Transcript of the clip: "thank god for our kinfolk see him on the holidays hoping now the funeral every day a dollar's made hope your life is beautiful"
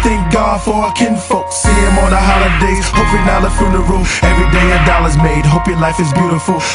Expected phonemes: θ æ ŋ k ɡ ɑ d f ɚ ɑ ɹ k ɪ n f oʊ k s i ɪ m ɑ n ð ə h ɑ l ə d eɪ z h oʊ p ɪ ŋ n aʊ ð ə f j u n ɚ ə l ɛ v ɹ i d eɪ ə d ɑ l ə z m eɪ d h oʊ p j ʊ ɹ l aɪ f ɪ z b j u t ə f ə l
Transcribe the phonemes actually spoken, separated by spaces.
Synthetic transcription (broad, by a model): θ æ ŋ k ɡ ɑ d f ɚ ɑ k ɪ n f oʊ k s i ɪ m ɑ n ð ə h ɑ l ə d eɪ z h oʊ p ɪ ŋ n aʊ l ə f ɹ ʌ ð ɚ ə ɛ v ɹ i d eɪ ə d ɑ l ə z m eɪ d h oʊ p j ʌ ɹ l aɪ f ɪ z b j u t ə f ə l